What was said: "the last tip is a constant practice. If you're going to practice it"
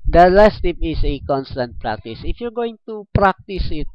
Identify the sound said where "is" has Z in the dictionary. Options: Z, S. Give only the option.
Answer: S